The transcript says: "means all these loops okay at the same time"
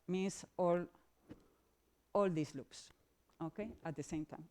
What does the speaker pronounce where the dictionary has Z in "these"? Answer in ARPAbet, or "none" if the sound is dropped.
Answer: S